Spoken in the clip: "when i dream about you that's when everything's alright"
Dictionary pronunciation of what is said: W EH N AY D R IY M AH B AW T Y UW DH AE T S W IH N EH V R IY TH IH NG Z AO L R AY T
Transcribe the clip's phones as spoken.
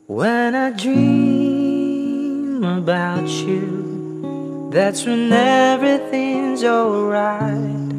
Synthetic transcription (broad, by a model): W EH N AY D R IY M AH B AW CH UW DH AE T S W IH N EH V R IY TH IH NG Z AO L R AY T